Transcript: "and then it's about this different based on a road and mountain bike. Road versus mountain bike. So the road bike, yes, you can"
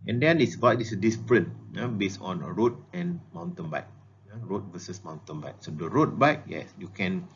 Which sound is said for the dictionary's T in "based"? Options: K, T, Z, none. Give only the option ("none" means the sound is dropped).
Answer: none